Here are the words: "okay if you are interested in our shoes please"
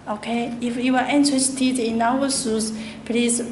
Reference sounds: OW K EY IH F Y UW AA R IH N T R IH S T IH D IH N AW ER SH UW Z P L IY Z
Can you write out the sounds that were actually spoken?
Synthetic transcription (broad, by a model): OW K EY IH F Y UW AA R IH N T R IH S T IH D IH N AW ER S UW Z P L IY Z